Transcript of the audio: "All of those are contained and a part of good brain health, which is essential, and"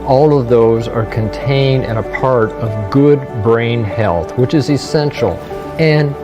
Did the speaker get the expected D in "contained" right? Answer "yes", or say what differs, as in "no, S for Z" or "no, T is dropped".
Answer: yes